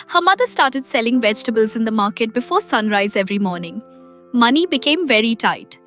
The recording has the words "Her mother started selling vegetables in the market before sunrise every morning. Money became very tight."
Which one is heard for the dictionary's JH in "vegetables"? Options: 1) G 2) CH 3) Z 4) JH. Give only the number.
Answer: 4